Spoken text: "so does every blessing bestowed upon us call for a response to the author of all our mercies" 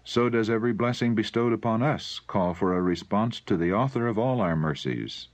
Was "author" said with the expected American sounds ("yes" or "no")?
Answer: yes